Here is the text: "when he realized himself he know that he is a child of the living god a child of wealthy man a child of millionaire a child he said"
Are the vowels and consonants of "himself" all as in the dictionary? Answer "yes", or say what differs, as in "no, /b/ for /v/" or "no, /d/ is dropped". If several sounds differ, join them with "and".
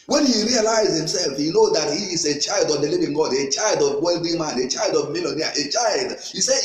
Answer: yes